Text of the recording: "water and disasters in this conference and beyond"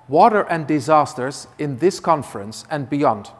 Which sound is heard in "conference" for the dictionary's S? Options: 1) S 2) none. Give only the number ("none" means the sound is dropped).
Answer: 1